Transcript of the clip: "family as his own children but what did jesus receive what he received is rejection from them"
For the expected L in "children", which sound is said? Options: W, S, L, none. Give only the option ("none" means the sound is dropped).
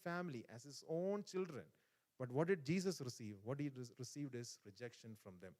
L